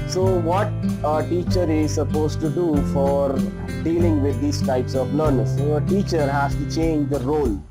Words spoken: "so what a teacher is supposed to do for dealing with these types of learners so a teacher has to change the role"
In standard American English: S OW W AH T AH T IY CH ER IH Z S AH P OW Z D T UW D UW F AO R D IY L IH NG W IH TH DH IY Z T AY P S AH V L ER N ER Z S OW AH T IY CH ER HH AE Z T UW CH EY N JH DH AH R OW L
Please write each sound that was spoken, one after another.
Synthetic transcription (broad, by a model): S OW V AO T AH T IY CH ER IH Z S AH P OW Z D T UW D UW F AO R D IY L IH NG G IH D IY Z T AY P S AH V N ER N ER S OW AH T IY CH ER HH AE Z T UW CH EY N JH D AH R OW L